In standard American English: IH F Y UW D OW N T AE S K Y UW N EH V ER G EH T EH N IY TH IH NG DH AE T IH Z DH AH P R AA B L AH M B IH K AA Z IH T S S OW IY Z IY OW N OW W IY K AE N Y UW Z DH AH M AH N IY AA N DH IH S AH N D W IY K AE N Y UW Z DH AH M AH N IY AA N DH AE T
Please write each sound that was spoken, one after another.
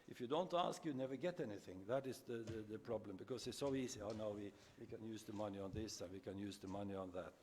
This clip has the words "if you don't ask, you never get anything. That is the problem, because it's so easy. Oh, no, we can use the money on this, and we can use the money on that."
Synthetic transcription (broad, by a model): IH F Y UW D OW N T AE S K Y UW N EH V ER G EH T EH N IY TH IH NG DH AE T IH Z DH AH P R AA B L AH M B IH K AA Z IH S S OW IY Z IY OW N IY W IY K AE N Y UW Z DH AH M AH N IY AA N DH IH S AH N W IY K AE N Y UW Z DH AH M AH N IY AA N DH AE T